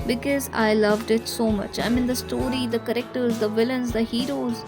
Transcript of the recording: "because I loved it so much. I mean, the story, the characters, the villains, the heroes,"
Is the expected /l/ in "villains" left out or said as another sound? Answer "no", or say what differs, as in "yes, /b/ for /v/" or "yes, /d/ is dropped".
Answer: no